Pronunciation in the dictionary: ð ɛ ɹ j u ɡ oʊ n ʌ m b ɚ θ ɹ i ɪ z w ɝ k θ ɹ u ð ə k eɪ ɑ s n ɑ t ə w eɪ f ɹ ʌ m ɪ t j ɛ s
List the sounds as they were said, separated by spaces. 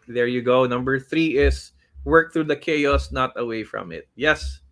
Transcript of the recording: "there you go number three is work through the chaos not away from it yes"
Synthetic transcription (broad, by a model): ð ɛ ɹ j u ɡ oʊ n ʌ m b ɚ θ ɹ i ɪ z w ɝ k θ ɹ u ð ə k eɪ ɑ s n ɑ t ə w eɪ f ɹ ʌ m ɪ t j ɛ s